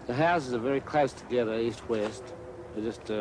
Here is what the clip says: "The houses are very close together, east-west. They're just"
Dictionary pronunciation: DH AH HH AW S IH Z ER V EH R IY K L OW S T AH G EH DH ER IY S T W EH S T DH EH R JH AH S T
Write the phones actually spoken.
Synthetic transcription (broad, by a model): DH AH HH AW S IH Z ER V EH R IY K L OW S T AH G EH DH ER IY S T W EH S T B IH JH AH S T